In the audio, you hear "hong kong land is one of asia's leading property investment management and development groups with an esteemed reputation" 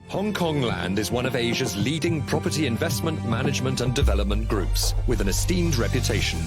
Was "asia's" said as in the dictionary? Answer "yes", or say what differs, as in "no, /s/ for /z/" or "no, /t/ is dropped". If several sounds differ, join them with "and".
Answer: yes